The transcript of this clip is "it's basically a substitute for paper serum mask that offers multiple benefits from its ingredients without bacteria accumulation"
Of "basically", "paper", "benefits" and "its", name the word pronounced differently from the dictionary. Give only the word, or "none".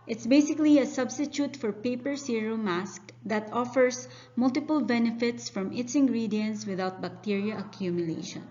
none